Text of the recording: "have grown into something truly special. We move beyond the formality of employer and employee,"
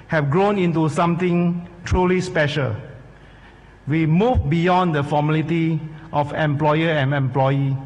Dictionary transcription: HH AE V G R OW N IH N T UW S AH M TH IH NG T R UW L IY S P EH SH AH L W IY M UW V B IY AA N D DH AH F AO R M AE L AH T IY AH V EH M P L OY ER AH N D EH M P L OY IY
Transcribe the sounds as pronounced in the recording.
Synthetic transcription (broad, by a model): HH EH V G R OW N IH N T UW S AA M T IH NG T R UW L IY S P EH SH AH L W IY M UW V B IY AA N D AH F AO M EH L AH T IY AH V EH M P L OY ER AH N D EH M P L OY IY